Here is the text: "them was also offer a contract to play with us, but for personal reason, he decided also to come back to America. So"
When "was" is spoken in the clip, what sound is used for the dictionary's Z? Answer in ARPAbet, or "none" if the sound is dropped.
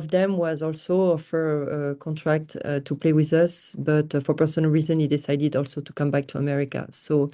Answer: Z